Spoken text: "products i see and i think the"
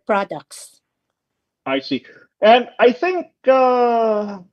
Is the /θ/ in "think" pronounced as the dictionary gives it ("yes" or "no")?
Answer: yes